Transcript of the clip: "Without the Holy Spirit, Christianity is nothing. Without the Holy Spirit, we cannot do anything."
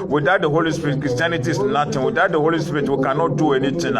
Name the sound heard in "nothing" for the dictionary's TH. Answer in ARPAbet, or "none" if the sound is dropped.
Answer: T